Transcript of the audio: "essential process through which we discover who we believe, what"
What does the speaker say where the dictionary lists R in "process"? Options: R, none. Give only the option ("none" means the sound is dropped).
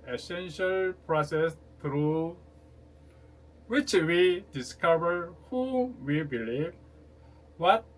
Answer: R